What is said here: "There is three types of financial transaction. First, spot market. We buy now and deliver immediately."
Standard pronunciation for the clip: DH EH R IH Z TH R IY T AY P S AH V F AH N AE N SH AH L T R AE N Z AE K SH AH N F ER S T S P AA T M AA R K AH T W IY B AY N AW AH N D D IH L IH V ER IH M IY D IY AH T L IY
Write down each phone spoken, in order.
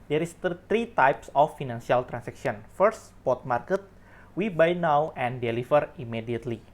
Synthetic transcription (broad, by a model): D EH R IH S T R IY T AY P S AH F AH N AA N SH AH L T R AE N S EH K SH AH N F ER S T S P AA T M AA R K AH T W IY B AY N AW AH N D D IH L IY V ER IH M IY D IY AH T L IY